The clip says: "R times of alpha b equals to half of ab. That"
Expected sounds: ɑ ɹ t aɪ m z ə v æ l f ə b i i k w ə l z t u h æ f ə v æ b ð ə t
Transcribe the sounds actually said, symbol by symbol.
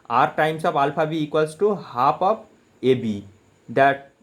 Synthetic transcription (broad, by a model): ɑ ɹ t aɪ m s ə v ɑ l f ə b i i k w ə l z t u h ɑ p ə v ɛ b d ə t